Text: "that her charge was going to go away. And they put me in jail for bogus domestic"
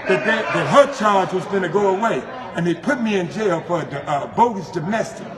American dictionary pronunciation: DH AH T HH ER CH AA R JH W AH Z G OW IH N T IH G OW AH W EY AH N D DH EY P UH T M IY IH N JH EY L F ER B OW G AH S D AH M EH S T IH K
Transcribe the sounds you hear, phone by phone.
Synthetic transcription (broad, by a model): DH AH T HH ER CH AA R JH W AH Z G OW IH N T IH G OW AH W EY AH N DH EY P UH T M IY IH N JH EY L F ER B OW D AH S D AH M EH S T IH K